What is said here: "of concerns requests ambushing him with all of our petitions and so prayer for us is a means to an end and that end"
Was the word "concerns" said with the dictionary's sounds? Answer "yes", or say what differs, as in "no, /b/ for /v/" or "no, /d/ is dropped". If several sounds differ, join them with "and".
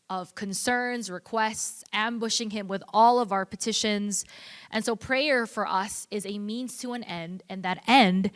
yes